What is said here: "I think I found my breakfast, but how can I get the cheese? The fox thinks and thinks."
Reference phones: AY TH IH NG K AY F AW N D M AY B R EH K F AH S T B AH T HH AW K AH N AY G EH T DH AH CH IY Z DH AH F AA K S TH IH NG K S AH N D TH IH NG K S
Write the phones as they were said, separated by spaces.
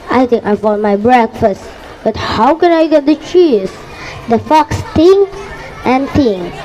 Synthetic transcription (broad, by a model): AY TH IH NG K AY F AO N M AY B R EH K F AH S T B AH T HH AW K AH N AY G EH T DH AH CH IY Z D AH F AA K S T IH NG S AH N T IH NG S